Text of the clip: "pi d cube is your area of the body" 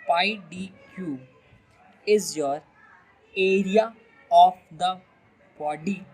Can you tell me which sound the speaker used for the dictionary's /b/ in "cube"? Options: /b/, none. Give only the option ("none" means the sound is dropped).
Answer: none